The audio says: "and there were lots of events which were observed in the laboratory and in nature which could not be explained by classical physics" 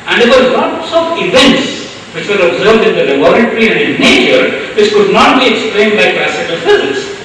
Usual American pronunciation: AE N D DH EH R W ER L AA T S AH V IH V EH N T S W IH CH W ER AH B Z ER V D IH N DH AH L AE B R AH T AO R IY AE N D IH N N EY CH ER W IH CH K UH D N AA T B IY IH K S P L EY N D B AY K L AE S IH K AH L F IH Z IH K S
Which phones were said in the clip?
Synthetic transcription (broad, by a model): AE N D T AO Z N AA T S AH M IH V EH N T S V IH CH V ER AH B Z ER V D IH N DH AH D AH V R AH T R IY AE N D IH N N EY CH ER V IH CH K UH D N AA T B IY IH K S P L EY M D B AY K L AE S IH K AH L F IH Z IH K S